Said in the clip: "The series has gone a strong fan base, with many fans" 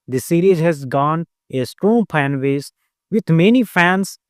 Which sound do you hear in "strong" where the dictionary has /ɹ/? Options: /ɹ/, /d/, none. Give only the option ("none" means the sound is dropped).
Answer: /ɹ/